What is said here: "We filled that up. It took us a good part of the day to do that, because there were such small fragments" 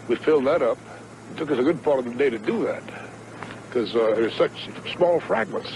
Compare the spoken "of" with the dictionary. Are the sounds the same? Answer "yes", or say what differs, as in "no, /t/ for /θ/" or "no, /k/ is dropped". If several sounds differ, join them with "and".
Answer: yes